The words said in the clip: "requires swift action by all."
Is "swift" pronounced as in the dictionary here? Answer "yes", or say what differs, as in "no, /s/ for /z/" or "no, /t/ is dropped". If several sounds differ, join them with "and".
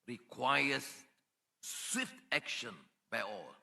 yes